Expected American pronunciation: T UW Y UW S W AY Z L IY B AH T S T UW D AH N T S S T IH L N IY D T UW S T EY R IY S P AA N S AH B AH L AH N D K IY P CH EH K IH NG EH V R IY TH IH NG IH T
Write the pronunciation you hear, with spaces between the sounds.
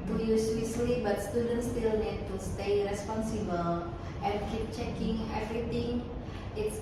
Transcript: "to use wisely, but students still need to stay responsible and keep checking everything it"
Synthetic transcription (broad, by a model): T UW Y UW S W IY S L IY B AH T S T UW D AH N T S S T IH L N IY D T UW S T EY R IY S P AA N S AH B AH L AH N K IY P CH EH K IH NG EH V R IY T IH NG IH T